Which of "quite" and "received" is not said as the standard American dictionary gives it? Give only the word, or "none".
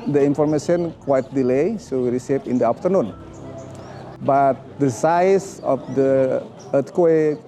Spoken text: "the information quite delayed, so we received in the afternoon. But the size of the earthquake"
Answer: received